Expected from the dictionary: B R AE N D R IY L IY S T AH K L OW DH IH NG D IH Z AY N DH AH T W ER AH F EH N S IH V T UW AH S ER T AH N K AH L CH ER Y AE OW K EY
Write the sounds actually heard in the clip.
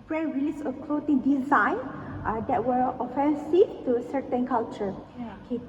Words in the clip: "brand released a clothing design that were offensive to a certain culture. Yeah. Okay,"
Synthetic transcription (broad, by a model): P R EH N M R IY L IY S AH K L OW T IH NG D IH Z AY N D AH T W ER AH F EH N S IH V T UW AH S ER T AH N K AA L CH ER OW K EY